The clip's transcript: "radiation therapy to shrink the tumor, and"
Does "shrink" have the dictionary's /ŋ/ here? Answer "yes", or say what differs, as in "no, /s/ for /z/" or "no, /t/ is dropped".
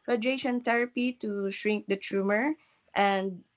yes